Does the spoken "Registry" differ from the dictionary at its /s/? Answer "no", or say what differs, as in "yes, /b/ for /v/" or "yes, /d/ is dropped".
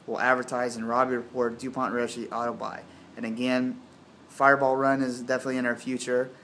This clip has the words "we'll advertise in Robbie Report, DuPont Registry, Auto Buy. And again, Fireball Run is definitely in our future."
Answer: yes, /s/ is dropped